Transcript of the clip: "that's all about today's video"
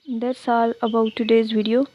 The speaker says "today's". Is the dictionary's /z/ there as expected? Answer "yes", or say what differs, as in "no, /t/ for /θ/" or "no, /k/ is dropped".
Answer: yes